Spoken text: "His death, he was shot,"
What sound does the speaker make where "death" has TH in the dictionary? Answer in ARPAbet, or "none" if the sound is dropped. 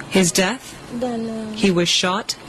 TH